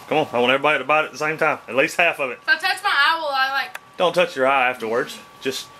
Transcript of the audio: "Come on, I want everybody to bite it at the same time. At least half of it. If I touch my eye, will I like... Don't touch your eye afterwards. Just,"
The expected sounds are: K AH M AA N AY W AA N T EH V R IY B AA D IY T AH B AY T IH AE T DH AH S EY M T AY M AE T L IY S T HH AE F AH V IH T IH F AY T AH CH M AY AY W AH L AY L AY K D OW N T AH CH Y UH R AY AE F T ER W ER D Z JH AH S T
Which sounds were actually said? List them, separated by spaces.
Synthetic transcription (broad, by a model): K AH M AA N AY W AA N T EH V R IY B AA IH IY T AH B AY T IH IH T DH AH S EY M T AY M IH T L IY S T HH AE F AH V IH T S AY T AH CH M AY AY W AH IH L AY K D OW N T AH CH Y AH R AY AE F T ER W ER D Z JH AH S T